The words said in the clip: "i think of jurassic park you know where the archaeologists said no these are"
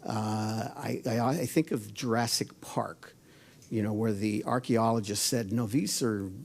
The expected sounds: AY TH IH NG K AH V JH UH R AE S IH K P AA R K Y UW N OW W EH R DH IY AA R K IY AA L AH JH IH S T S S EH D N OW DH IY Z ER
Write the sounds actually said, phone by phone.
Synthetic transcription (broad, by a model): AY TH IH NG K AH V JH R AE S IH K P AA R K Y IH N OW W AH R DH IY AA R K IY AA L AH JH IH S T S S EH D N OW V IY S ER